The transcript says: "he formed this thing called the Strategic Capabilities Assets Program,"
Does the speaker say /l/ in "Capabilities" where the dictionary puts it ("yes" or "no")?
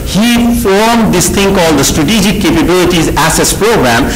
yes